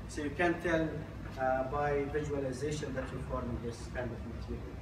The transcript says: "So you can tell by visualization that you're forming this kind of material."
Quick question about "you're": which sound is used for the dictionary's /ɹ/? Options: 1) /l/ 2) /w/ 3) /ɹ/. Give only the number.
1